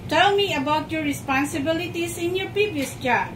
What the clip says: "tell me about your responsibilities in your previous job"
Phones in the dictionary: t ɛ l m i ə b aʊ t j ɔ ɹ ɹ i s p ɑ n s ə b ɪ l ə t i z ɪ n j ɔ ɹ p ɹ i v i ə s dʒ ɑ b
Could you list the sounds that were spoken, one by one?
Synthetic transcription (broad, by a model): t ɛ l m i ə b aʊ t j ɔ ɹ ɹ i s p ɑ n s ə b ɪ l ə t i s ɪ n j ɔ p i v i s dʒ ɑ